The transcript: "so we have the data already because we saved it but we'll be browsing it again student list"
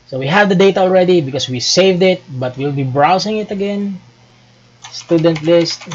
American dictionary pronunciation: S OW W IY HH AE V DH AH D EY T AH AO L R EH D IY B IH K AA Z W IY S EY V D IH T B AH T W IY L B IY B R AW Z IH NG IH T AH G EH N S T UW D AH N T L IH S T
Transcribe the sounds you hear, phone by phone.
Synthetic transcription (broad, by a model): S OW W IY HH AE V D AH D EY T AH AO L R EH D IY B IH K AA S W IY S EY V D IH T B AH T W IY L B IY B R AW S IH NG IH T AH G EH N S T UW D AH N T L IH S T